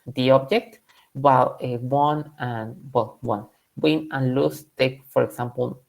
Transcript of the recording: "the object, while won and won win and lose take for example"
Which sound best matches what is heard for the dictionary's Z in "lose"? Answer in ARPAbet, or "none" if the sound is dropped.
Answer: S